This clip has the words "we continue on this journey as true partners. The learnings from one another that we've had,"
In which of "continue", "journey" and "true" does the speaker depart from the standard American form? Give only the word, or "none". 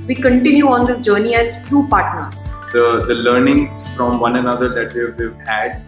true